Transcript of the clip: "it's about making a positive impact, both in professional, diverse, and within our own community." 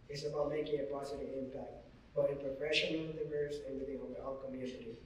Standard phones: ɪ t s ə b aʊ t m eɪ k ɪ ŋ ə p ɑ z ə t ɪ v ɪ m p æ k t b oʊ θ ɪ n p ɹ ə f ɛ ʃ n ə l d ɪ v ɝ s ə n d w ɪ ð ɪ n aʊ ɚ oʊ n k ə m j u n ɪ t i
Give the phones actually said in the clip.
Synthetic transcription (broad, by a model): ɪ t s ə b aʊ t m eɪ k ɪ ŋ ə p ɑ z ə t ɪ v ɪ m p æ k t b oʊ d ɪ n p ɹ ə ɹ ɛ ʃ ə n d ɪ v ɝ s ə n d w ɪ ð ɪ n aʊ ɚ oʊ l k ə m j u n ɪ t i